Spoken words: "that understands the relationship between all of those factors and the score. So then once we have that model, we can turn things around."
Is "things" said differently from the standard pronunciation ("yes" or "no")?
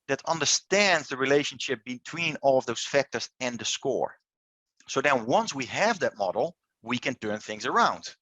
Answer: no